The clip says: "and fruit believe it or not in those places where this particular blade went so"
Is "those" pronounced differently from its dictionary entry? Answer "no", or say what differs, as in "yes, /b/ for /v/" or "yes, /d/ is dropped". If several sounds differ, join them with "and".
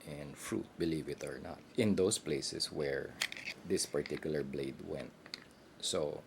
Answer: yes, /s/ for /z/